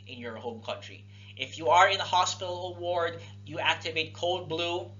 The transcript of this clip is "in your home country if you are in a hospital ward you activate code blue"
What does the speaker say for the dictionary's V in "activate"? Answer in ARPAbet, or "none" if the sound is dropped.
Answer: V